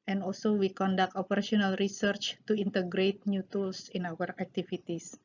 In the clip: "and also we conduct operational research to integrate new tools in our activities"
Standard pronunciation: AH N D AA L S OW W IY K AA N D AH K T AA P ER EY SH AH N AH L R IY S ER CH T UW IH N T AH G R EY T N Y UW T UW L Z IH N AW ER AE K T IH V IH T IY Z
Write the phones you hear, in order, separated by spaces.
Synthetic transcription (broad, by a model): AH N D AA L S OW W IY K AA N D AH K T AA P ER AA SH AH N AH L R IY S ER CH T UW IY N T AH G R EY T N Y UW T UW L S IH N AW ER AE K T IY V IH T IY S